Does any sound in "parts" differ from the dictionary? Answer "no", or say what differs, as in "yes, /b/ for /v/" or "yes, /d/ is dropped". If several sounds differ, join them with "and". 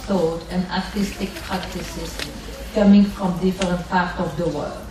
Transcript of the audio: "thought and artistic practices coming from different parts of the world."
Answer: yes, /s/ is dropped